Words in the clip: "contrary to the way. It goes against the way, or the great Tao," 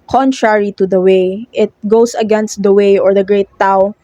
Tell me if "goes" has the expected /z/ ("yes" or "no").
no